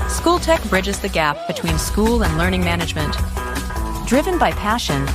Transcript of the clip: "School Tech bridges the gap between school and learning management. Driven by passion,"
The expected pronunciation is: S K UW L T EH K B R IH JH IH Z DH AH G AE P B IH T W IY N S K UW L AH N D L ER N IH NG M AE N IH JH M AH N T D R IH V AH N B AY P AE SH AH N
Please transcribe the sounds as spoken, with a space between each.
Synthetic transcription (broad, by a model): S K UW L T EH K B R IH JH IH Z DH AH G AE P B IH T W IY N S K UW L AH N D L ER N IH NG M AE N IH JH M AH N T D R IH V AH N B AY P AE SH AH N